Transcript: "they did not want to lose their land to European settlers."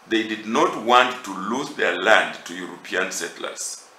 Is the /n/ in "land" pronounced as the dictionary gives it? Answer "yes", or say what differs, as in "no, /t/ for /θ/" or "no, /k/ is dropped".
yes